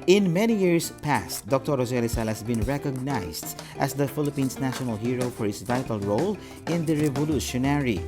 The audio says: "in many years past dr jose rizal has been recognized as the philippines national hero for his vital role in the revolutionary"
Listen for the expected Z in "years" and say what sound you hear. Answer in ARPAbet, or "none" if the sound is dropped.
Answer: S